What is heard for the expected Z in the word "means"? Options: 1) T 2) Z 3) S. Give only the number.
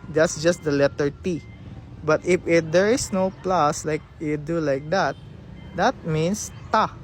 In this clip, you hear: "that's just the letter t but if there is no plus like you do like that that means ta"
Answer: 3